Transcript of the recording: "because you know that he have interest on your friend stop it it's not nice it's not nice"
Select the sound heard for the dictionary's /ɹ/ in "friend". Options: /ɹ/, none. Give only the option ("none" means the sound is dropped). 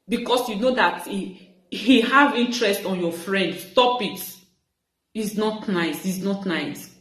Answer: /ɹ/